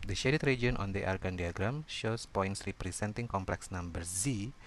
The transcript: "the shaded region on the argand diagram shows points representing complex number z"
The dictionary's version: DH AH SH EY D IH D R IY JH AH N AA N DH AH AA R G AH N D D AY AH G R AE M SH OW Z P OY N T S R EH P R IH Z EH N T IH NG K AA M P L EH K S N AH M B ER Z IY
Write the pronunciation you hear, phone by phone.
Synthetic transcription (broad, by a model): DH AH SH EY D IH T R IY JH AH N AA N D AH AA R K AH N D D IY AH G R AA M SH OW S P OY N T S R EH P R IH S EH N T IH NG K AA M P L EH K S N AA M B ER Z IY